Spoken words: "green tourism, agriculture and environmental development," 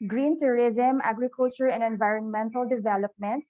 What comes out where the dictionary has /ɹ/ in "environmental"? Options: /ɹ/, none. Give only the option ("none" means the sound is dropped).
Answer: /ɹ/